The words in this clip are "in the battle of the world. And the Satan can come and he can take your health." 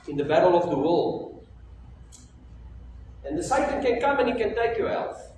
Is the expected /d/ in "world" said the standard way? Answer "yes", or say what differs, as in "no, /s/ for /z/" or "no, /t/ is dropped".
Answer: no, /d/ is dropped